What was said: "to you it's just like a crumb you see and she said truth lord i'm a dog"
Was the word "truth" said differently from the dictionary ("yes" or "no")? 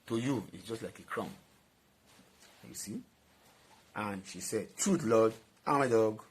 yes